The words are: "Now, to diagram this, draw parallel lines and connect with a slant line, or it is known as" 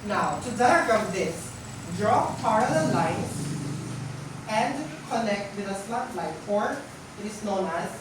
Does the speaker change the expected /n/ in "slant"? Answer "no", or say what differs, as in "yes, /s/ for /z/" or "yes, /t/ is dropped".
yes, /n/ is dropped